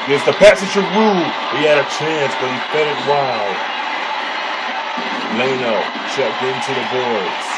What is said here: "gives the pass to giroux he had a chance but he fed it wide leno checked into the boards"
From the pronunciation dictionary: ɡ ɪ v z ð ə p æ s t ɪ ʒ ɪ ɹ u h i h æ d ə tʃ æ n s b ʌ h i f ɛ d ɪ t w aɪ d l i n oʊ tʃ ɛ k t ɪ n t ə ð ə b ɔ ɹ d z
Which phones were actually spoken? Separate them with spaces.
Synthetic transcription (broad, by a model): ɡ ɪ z ð ə p æ s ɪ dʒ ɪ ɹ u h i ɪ d ə tʃ æ n s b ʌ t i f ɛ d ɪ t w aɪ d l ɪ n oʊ ʃ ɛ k ɪ n t ə ð ə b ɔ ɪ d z